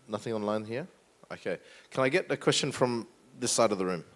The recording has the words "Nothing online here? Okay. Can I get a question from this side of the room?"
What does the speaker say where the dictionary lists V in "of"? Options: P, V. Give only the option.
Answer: V